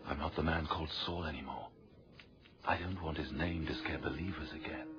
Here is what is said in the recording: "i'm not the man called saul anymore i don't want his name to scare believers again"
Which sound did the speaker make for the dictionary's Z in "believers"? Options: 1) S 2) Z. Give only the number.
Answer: 2